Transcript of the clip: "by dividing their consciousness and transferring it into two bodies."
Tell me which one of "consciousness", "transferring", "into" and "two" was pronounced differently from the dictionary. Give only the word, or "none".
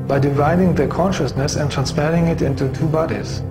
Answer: transferring